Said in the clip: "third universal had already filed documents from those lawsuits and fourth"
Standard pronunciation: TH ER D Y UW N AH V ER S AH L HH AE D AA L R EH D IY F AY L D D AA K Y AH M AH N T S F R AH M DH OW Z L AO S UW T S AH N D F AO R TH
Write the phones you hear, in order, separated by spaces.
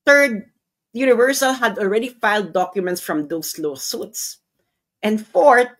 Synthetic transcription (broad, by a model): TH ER D Y UW N AH V ER S AH L HH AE D AA L R EH D IY F AY L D D AA K Y AH M AH N T S F R AH M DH OW S L AO S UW T S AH N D F AO R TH